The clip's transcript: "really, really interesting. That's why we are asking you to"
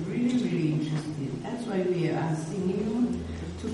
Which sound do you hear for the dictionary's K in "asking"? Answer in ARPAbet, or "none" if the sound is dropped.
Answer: none